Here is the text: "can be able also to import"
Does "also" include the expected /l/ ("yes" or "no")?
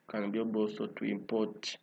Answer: no